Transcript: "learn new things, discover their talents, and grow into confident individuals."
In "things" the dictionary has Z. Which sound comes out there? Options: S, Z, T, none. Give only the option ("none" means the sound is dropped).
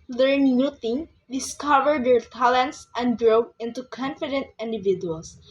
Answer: none